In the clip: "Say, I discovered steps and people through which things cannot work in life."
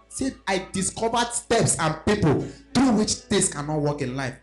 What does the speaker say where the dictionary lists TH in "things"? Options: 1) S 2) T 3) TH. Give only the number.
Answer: 2